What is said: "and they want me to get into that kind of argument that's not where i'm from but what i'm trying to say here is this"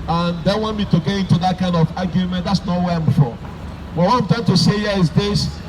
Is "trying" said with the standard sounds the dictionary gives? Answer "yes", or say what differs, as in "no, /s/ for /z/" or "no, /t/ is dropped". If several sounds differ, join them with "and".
no, /ɹ/ is dropped